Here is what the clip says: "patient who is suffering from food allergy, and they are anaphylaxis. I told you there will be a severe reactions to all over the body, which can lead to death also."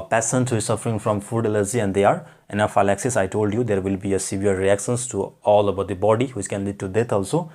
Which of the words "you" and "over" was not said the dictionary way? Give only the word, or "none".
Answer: over